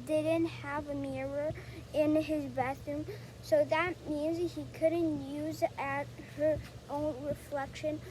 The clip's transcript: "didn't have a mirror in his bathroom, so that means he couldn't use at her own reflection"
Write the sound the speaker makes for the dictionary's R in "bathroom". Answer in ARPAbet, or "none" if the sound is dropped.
none